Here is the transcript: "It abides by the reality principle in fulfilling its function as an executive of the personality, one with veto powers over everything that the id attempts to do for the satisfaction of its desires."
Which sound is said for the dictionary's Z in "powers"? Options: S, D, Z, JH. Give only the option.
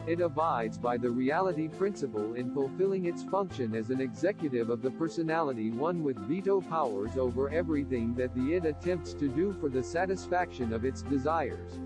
Z